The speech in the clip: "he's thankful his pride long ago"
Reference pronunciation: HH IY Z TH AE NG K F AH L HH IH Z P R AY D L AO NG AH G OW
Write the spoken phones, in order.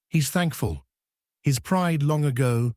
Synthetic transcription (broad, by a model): HH IY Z TH AE NG K F AH L HH IH Z P R AY D L AO NG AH G OW